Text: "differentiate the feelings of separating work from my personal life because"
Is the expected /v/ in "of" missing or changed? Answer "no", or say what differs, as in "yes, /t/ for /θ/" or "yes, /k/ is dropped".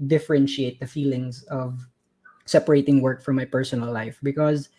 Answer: no